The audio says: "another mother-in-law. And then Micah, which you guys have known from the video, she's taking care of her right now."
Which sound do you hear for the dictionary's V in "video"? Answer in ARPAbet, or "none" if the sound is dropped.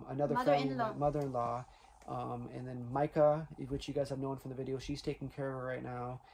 V